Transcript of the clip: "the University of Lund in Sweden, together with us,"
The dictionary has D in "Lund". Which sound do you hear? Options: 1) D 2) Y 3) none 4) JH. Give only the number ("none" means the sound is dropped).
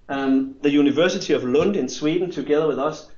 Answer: 1